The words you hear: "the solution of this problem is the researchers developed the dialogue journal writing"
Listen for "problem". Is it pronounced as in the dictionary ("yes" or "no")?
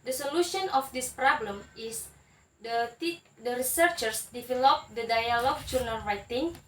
yes